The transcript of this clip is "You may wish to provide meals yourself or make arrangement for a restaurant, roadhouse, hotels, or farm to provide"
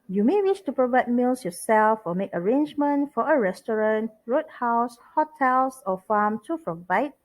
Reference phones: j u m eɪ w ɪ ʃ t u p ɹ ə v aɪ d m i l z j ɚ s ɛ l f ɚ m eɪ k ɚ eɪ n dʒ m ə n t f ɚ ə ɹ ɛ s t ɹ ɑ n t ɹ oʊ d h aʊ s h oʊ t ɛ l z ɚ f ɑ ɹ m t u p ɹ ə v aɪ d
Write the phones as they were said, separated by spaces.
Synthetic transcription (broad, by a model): j u m eɪ w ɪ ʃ t u p ɹ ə v aɪ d m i l s j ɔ s ɛ l f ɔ m eɪ k ɚ eɪ n dʒ m ə n t f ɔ ə ɹ ɛ s t ɹ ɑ n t ɹ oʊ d h aʊ s h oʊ t ɛ l s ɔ f ɑ m t u p ɹ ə v aɪ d